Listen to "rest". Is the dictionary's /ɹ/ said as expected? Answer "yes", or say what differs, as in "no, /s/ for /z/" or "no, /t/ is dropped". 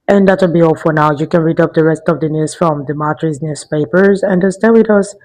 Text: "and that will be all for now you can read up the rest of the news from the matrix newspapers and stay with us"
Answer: yes